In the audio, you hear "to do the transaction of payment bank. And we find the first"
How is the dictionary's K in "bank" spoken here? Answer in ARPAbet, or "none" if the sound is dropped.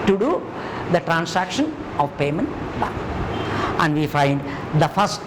none